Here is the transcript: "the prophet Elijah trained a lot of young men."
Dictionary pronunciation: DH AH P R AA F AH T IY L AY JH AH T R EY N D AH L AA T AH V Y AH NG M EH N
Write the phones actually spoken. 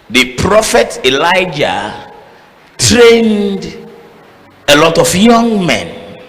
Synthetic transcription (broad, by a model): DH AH P R AA F AH T IY L AY JH AH T R EY N D AH L AA T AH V Y AH NG M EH N